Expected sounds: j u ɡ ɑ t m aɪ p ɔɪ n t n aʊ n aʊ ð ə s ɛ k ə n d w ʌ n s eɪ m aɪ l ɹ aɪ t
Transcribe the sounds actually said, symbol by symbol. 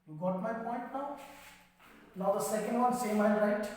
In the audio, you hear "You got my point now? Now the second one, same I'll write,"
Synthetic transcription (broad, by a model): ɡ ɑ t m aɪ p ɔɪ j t n aʊ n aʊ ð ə s ɛ k ə n d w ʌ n s eɪ m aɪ n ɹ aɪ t